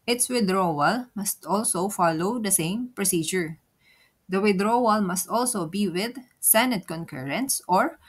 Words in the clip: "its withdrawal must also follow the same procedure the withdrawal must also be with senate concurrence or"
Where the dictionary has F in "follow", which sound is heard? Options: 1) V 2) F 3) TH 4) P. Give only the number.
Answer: 2